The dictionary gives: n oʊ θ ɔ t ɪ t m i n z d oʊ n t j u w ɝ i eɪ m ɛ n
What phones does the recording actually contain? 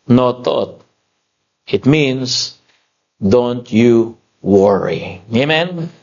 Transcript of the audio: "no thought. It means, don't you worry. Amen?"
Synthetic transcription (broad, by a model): n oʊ t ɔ t ɪ t m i n s d oʊ n t j u w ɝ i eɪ m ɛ n